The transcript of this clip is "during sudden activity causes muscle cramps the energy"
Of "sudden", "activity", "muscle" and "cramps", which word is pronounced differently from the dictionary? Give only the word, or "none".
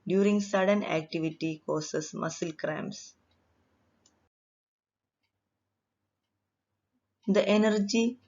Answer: cramps